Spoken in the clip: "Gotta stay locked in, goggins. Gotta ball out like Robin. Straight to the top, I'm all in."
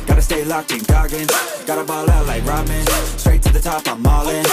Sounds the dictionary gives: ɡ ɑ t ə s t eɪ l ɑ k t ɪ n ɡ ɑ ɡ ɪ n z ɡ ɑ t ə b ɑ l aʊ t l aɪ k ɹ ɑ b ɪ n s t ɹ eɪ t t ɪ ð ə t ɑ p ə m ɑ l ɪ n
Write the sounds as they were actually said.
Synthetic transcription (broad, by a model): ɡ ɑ t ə s t eɪ l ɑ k ɪ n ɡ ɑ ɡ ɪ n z ɡ ɑ t ə b ɑ l aʊ t l aɪ k ɹ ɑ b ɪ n s t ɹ eɪ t t ɪ ð ə t ɑ p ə m ɑ l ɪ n